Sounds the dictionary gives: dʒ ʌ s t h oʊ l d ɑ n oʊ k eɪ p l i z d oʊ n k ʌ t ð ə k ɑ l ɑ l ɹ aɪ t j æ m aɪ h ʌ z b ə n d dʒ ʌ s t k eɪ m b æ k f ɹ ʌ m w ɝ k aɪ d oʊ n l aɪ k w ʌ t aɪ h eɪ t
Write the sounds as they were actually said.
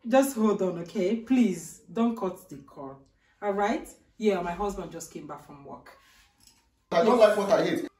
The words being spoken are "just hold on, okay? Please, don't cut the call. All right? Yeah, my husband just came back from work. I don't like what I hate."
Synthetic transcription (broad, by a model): dʒ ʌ s t h oʊ l d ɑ n oʊ k eɪ p l i z d oʊ n k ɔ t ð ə k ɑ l ɑ l ɹ aɪ t j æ m aɪ h ʌ z b ə n d dʒ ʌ s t k eɪ m b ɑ k f ɹ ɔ m w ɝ k aɪ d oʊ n l aɪ k w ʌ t aɪ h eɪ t